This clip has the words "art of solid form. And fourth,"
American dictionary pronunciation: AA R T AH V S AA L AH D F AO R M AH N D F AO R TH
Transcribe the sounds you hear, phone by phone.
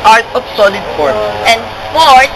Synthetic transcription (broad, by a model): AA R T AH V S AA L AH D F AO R AH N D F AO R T